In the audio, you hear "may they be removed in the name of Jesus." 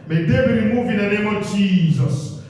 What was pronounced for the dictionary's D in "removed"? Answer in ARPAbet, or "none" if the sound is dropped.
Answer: none